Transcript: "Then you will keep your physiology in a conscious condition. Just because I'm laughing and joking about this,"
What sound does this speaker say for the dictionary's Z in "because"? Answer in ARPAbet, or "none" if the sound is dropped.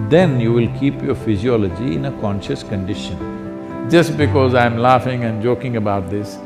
Z